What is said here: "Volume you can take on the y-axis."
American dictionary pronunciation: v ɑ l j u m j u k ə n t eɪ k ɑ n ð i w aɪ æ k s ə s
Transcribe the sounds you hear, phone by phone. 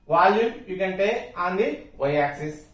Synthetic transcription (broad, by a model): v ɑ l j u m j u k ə n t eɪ ɑ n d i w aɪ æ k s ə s